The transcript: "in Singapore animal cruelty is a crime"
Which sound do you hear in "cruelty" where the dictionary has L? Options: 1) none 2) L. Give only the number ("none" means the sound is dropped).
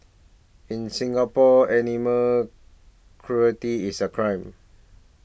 1